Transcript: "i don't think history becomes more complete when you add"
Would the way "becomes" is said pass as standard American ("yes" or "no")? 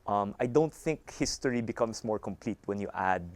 no